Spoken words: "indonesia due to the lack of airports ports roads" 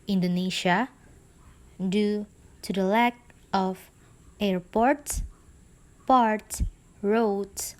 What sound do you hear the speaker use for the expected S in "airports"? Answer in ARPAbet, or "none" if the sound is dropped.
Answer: none